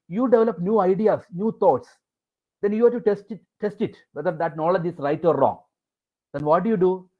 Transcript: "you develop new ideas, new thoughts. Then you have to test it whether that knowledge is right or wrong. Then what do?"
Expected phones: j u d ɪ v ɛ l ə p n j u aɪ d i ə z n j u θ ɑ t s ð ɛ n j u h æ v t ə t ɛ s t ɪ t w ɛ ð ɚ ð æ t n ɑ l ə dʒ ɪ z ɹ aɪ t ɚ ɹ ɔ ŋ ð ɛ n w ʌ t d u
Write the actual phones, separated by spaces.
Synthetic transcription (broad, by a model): j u d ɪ v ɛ l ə p n j u aɪ d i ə s n j u t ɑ t s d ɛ n j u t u t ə t ɛ s t ɪ t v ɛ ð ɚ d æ t n ɑ l ə dʒ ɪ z ɹ aɪ t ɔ ɹ ɔ ŋ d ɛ n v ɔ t d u